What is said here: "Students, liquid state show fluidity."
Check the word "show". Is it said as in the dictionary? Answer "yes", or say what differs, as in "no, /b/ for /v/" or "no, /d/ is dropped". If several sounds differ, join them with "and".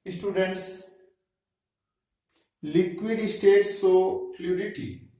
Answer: no, /s/ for /ʃ/